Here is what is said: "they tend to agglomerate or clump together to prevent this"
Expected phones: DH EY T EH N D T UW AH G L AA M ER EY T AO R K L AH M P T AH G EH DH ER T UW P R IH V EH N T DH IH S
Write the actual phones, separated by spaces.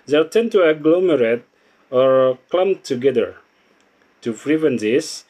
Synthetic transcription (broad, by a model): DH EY T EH N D T UW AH G L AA M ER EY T AO R K L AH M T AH G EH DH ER T UW F R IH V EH N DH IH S